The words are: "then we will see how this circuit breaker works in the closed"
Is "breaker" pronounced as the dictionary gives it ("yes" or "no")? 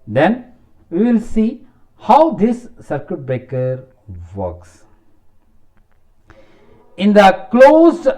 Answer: no